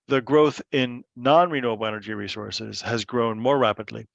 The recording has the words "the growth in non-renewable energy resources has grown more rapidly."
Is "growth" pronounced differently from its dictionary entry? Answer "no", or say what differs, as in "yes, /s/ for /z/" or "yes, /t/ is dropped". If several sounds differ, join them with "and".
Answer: no